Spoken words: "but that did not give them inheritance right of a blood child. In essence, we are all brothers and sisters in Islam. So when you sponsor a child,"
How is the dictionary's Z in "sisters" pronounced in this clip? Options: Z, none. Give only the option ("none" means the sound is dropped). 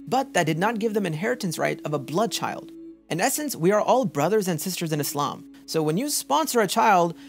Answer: Z